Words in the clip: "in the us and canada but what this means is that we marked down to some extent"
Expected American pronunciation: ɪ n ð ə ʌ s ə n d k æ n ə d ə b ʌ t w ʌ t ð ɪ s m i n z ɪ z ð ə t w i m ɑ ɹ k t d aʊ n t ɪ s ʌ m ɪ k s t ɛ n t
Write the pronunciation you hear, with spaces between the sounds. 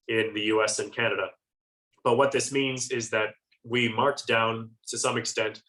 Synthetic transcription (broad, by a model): ɪ n ð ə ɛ s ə n k æ n ə d ə b ʌ t w ʌ t ð ɪ s m i n z ɪ z ð ə t w i m ɑ ɹ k d aʊ n t ɪ s ʌ m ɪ k s t ɛ n t